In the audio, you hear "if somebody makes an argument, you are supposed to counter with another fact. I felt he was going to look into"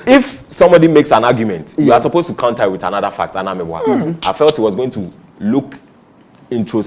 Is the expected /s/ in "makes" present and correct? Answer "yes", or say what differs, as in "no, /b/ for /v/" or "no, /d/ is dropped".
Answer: yes